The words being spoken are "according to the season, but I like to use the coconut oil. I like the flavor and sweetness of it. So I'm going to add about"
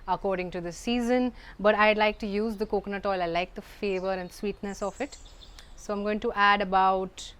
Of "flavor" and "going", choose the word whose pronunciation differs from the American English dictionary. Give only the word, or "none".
flavor